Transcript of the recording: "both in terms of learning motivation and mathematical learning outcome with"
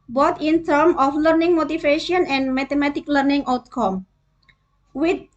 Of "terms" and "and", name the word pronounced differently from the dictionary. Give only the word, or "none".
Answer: terms